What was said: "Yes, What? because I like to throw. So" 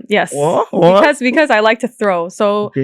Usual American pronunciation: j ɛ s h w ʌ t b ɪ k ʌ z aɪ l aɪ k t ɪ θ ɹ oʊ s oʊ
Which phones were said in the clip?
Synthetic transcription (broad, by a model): j ɛ s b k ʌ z b ɪ k ʌ z aɪ l aɪ k t ɪ θ ɹ oʊ s oʊ